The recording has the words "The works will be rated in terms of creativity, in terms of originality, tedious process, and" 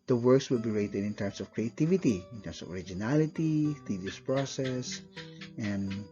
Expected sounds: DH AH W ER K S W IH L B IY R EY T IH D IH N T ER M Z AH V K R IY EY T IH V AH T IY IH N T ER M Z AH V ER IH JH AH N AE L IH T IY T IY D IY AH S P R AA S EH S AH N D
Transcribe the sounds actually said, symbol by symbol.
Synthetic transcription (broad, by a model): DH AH W ER K S W IH L B IY R EY T IH D IH N T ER M S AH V K R IY EY T IH V AH T IY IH N T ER M S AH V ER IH JH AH N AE L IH T IY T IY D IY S P R AA S EH S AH N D